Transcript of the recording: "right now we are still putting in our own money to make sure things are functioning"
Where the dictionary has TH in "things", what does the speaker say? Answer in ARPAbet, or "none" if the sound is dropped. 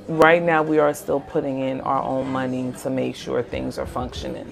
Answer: TH